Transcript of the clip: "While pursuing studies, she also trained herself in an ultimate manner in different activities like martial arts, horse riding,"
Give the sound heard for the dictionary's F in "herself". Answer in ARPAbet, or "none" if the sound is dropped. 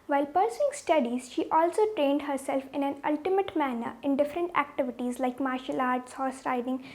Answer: F